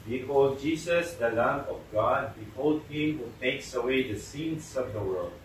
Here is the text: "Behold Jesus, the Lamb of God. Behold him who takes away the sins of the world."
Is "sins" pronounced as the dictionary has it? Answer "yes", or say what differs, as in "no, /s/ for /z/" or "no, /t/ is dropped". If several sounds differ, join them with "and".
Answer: no, /s/ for /z/